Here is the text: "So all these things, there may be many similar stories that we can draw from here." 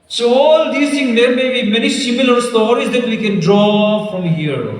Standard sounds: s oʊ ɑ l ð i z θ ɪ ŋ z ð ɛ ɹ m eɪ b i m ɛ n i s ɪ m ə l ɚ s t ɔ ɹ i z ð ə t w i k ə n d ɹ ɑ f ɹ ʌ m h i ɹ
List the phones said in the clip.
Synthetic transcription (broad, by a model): s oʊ ɑ l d i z t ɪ ŋ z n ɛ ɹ m eɪ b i m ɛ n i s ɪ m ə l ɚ s t ɔ ɹ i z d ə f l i k ə n d ɹ ɑ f ɹ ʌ m h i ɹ